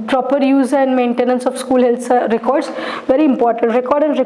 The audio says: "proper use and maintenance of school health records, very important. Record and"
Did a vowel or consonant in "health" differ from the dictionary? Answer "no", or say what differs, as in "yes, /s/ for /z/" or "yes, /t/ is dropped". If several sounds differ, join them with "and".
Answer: yes, /s/ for /θ/